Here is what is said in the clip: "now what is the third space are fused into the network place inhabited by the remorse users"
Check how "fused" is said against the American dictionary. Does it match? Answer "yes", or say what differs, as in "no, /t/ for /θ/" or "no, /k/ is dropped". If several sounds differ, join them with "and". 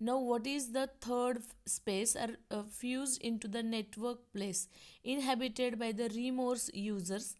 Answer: yes